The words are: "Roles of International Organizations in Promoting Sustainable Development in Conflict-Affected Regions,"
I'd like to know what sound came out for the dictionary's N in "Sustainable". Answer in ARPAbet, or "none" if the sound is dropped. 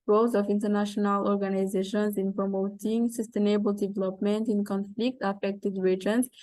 N